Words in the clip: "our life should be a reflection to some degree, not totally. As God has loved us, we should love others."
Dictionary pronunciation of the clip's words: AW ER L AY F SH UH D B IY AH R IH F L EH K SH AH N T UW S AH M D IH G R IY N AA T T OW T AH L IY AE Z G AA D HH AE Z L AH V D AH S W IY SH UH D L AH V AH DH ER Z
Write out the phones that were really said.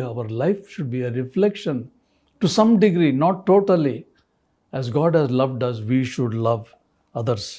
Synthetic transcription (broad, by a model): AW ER L AY F SH UH D B IY AH R IH F L EH K SH AH N T UW S AH M D IH G R IY N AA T T OW T AH L IY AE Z G AA D HH AE Z L AH V D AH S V IY SH UH D L AH V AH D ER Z